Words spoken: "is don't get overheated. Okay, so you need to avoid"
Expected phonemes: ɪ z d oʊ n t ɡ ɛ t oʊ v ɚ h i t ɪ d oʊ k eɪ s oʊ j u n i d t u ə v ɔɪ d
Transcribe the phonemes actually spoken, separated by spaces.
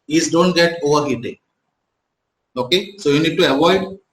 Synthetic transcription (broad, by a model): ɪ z d oʊ n t ɡ ɛ t oʊ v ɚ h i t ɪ oʊ k eɪ s oʊ j u n i d t u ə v ɔɪ d